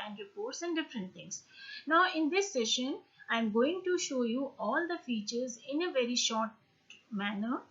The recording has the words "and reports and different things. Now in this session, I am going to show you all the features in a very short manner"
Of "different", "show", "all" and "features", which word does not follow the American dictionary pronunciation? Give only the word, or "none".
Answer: none